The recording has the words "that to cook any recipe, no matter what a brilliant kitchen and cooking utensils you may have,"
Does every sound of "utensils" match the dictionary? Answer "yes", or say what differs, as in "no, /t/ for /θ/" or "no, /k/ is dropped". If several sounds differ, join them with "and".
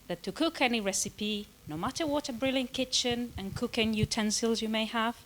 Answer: yes